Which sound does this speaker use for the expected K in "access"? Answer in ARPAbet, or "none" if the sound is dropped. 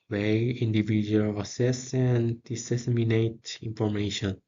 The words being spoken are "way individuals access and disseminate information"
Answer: none